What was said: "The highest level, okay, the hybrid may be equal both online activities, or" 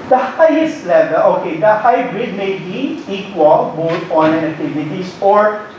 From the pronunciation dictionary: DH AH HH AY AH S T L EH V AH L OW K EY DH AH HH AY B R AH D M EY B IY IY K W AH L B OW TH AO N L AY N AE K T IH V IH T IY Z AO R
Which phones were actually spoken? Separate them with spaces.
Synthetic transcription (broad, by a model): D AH HH AY AH S T L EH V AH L OW K EY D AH HH AY B R AH D M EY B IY IY K W AH L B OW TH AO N AY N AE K T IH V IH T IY S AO R